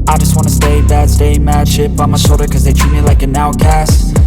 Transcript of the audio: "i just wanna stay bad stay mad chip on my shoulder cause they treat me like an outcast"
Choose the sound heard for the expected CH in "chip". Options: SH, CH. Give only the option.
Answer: SH